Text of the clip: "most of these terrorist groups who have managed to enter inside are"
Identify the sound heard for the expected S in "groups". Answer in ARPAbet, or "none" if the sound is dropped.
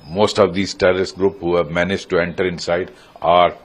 none